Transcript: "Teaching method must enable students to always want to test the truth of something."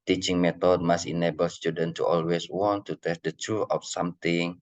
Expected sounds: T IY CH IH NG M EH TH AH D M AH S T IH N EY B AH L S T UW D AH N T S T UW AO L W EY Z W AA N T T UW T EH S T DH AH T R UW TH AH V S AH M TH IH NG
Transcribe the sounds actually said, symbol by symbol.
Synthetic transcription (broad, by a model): T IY CH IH NG M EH T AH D M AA S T IH N EY B AH L S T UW D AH N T T UW AO L W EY S W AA N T T UW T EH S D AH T R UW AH F S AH M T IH NG